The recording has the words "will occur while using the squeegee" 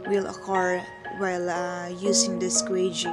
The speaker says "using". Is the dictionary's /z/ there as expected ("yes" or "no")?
no